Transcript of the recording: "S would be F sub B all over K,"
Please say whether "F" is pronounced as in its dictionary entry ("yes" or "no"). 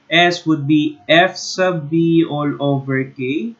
yes